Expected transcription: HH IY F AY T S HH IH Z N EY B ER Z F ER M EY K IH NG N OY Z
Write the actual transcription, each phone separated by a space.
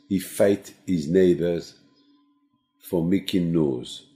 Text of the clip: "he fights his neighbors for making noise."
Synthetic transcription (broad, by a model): HH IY F AY T HH IH Z N EY B ER Z F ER M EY K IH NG N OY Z